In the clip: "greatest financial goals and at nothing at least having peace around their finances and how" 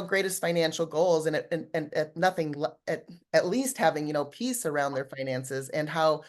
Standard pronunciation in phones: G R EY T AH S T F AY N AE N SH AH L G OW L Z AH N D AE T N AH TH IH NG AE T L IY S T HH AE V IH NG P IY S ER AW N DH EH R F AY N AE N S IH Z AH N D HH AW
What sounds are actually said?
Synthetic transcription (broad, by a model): G R EY T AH S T F AY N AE N SH L G OW L Z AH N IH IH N N AH TH IH NG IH T L IY S T HH AE V IH NG P IY S ER AW N DH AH R F AY N AE N S IH Z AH N HH AW